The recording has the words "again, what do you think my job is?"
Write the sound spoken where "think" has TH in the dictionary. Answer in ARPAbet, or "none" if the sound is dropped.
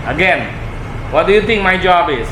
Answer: T